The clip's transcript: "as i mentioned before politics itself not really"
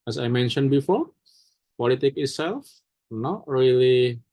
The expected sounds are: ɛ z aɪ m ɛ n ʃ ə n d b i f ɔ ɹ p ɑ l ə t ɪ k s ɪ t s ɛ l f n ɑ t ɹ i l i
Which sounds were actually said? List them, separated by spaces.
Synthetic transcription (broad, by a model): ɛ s aɪ m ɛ n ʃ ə n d b i f ɔ ɹ p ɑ l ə t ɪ k ɪ t s ɛ l f n ɑ t ɹ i l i